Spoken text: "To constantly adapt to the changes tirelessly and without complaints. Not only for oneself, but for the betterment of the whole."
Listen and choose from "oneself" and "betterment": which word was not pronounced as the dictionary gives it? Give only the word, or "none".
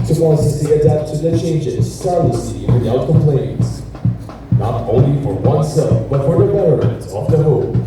betterment